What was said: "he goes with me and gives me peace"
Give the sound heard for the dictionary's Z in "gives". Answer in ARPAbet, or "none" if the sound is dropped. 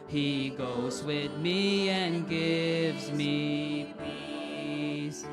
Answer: Z